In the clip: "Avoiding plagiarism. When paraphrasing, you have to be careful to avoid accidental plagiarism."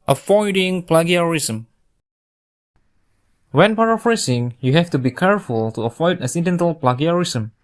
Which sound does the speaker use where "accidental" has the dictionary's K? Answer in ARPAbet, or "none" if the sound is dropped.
none